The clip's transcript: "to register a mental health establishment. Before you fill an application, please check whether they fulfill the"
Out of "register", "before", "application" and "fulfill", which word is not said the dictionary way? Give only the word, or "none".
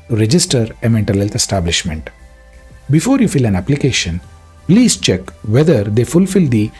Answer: none